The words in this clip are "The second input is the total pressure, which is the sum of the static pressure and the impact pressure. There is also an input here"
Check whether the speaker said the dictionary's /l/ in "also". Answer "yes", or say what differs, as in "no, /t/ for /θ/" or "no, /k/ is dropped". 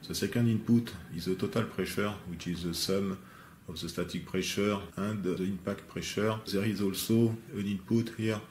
yes